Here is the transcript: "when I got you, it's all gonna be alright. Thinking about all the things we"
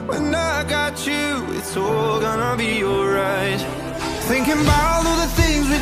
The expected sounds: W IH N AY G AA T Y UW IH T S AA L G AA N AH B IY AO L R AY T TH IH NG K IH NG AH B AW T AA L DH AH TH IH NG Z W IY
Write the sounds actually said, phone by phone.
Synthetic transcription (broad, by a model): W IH N AY G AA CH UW IH T S AA L G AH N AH B IY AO R AY T TH IH NG K IH NG B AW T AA DH AH TH IH NG Z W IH